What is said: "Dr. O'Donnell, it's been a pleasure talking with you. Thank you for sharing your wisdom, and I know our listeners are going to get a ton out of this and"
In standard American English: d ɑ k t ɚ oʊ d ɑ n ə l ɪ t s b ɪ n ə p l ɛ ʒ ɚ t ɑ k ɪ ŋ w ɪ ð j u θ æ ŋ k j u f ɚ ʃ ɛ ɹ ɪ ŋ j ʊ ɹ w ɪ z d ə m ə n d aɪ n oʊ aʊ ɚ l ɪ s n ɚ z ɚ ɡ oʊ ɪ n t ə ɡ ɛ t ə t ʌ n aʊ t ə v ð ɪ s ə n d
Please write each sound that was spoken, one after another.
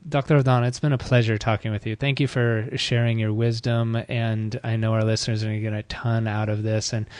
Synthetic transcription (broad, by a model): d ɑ k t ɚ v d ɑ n ɪ t s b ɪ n ə p l ɛ ʒ ɚ t ɑ k ɪ ŋ w ɪ ð j u θ æ ŋ k j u f ɚ ʃ ɛ ɹ ɪ ŋ j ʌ ɹ w ɪ z d ə m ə n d aɪ n oʊ aʊ ɚ l ɪ s n ɚ z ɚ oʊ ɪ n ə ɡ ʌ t ə t ʌ n aʊ t ə v ð ɪ s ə n